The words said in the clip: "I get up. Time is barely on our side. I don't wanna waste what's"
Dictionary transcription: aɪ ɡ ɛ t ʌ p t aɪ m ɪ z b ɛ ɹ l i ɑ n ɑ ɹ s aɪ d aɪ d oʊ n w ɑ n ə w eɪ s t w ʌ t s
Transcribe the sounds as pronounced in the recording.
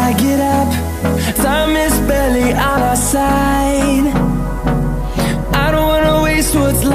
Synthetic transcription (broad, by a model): aɪ ɡ ɛ t ʌ p s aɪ m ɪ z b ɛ l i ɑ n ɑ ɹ s aɪ d aɪ d oʊ n w ɑ n ə w eɪ s t w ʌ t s